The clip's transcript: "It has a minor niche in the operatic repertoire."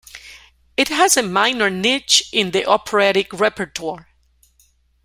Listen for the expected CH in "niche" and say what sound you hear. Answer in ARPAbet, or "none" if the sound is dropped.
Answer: CH